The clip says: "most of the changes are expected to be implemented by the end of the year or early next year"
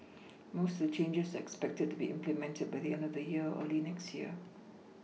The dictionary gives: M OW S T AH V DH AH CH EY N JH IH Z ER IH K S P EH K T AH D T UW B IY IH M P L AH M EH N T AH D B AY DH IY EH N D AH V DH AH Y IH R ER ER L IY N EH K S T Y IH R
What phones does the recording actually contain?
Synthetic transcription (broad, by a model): M OW S T AH V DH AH CH EY N JH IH S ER IH K S P EH K T AH D T UW B IY IH M P L AH M EH N T AH D B AY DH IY EH N D AH V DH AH Y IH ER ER L IY N EH K S T Y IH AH